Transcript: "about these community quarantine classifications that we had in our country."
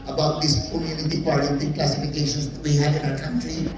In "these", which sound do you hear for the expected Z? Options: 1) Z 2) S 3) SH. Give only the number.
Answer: 2